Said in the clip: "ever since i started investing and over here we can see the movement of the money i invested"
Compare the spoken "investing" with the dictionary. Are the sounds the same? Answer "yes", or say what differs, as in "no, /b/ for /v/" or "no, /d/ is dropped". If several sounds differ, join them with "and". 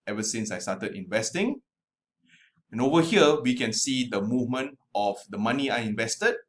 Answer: yes